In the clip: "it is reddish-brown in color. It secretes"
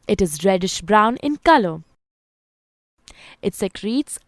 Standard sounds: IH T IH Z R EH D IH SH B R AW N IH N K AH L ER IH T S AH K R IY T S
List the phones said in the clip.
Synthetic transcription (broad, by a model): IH T IH Z R EH D IH SH B R AW N IH N K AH L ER IH T S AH K R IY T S